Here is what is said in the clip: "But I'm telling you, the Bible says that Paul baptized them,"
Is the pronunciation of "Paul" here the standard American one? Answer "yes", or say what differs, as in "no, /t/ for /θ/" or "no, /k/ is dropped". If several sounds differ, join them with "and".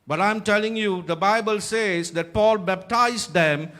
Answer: yes